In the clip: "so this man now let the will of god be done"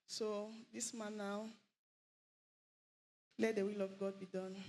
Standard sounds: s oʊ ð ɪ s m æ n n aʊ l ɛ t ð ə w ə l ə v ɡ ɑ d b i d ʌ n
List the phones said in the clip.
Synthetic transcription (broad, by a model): s oʊ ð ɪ s m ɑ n n aʊ l ɛ t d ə w ə l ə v ɡ ɑ d b i d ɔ n